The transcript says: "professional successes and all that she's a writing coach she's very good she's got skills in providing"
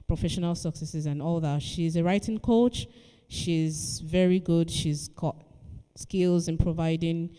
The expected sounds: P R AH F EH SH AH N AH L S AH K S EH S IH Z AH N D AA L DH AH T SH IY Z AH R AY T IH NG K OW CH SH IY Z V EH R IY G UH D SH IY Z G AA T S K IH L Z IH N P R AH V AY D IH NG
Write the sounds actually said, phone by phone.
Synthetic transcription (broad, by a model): P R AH F EH SH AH N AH L S AH K S EH S IH Z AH N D AA L DH AH T SH IY Z AH R AY T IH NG K OW CH SH IY Z V EH R IY G UH D SH IY Z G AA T S K IH L Z IH N P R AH V AY D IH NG